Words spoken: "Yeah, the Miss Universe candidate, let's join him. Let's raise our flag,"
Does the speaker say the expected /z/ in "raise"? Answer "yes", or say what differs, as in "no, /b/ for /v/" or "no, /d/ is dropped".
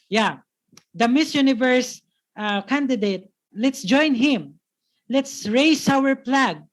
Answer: no, /s/ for /z/